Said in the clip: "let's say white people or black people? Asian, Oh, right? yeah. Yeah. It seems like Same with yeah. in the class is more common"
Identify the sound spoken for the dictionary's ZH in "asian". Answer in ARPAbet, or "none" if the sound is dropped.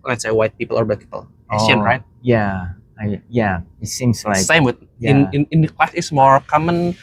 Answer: S